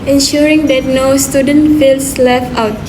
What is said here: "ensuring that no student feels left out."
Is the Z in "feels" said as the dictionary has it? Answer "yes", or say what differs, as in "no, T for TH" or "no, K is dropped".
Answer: no, S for Z